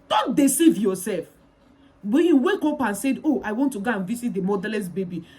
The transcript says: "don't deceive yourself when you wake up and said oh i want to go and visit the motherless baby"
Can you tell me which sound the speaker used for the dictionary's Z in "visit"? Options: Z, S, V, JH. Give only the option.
S